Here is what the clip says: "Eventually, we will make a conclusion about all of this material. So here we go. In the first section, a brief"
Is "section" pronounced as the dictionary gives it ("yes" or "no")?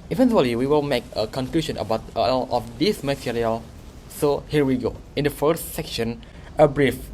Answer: yes